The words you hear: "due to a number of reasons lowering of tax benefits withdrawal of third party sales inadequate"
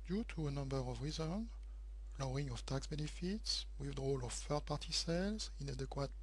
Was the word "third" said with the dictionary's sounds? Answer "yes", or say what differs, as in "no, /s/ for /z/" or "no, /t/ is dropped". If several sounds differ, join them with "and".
no, /f/ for /θ/